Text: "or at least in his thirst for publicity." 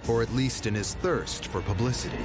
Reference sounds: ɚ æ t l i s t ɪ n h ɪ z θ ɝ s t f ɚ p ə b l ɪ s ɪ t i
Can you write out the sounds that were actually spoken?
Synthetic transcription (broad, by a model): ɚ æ t l i s t ɪ n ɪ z θ ɝ s t f ɚ p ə b l ɪ s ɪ t i